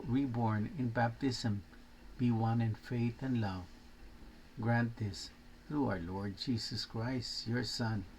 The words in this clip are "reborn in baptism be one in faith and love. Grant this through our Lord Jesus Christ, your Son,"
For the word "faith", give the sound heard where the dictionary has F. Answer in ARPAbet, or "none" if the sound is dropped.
F